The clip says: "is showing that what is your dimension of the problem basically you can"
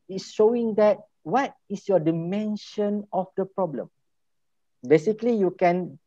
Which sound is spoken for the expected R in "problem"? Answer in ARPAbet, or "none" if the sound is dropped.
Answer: R